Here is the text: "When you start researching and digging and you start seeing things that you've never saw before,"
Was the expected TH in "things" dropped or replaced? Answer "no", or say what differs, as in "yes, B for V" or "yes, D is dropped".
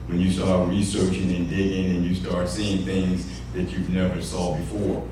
no